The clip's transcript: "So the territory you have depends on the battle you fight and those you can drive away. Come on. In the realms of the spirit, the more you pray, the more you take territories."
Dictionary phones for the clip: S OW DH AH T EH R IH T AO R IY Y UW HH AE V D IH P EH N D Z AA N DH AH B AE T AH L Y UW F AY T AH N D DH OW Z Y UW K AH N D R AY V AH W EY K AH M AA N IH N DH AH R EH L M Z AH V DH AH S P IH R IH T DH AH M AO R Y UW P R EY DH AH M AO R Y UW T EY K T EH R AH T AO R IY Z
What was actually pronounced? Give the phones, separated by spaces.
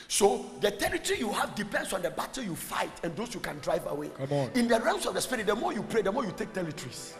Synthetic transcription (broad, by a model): S OW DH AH T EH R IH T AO R IY Y UW HH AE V D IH P EH N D S AA N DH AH B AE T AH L Y UW F AY T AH N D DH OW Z Y UW K AH N D R AY V AH W EY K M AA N IH N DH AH R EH M S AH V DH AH S P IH R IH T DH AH M AO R Y UW P R EY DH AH M AO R Y UW T EY K T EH R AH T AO R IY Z